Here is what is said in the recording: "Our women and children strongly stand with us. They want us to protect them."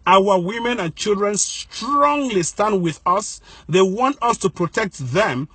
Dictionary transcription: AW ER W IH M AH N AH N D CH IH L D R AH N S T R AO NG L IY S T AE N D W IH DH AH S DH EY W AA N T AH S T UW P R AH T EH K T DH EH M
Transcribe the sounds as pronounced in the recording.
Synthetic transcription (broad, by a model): AW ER W IH M AH N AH N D CH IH L D R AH N S T R AO NG L IY S T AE N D W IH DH AH S DH EY W AA N T AH S T UW P R AH T EH K T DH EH M